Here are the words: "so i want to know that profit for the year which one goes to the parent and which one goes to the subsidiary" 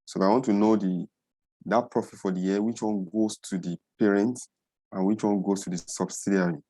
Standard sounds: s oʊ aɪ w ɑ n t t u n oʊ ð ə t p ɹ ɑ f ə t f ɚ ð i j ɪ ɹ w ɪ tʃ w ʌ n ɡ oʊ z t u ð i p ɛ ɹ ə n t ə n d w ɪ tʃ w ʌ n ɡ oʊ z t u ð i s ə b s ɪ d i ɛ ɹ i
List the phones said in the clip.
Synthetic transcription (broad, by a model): s oʊ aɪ w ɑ n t t u n oʊ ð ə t p ɹ ɑ f ə t f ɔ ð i j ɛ w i tʃ w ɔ n ɡ oʊ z t u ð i p ɛ ɹ ə n t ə n w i tʃ w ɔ n ɡ oʊ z t u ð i s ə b s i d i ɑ ɹ i